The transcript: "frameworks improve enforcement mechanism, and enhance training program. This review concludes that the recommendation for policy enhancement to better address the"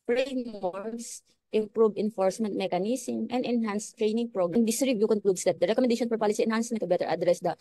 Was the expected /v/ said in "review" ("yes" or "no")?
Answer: no